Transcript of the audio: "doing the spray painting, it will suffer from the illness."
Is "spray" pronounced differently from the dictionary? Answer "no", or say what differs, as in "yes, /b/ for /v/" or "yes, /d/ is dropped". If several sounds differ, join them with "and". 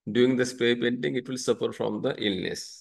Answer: yes, /ɹ/ is dropped